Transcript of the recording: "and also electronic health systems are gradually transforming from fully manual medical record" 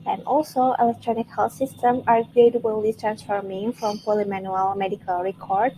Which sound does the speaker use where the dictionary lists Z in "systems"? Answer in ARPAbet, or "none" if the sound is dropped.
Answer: none